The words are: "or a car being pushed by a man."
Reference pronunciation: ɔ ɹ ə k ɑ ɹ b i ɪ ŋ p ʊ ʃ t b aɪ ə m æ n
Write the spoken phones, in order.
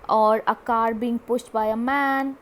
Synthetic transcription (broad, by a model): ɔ ɹ ə k ɑ ɹ b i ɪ ŋ p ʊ s t b aɪ ə m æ n